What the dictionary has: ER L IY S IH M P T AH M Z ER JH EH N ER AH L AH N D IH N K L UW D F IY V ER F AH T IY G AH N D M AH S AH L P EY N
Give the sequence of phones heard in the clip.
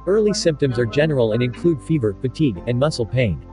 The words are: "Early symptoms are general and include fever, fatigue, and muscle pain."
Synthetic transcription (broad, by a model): ER L IY S IH M P T AH M Z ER JH EH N ER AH L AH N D IH N K L UW D F IY V ER F AH T IY G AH N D M AH S L P EY N